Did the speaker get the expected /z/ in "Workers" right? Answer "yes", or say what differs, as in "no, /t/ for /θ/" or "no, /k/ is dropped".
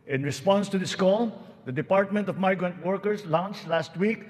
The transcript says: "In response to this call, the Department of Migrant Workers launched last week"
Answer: no, /s/ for /z/